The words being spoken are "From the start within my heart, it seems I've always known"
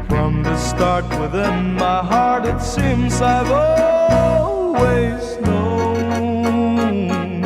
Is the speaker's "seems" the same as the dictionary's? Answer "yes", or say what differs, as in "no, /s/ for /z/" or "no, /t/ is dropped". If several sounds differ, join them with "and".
yes